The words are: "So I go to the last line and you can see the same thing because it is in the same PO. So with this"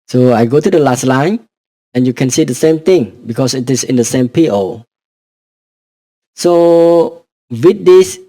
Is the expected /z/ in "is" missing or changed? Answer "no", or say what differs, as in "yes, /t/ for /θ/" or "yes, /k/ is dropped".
yes, /s/ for /z/